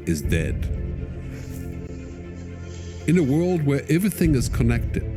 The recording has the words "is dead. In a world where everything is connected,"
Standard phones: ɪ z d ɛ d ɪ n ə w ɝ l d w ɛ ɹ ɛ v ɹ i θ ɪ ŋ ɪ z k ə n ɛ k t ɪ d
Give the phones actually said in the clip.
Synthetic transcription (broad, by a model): ɪ z d ɛ d ɪ n ə w ɝ l d w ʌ ɹ ɛ v ɹ i θ ɪ ŋ ɪ z k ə n ɛ k t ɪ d